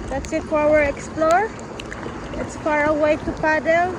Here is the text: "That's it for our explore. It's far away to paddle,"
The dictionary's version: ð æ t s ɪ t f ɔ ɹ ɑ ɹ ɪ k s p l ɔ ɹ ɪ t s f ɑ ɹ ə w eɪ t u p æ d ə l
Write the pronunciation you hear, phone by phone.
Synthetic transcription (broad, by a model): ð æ t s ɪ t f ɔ w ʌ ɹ ɪ k s p l ɔ ɹ ɪ t s f ɑ ɹ ə w eɪ t u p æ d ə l